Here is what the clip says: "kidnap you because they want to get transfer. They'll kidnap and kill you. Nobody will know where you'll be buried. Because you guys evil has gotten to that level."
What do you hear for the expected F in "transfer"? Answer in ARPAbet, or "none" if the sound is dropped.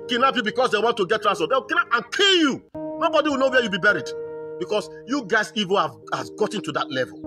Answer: none